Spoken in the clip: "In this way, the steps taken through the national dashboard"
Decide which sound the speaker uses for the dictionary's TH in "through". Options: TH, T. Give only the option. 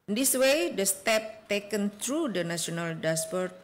T